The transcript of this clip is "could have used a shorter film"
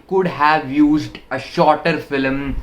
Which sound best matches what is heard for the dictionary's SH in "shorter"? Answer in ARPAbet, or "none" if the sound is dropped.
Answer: SH